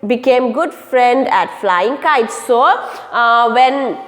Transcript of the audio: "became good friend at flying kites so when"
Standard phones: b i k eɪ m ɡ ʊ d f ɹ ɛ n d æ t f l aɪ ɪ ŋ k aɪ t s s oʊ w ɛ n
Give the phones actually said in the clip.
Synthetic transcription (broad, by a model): b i k eɪ m ɡ ʊ d f ɹ ɛ n d æ t f l aɪ ɪ ŋ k aɪ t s s oʊ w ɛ n